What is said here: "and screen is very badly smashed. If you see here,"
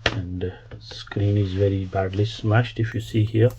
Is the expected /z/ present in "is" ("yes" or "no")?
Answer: yes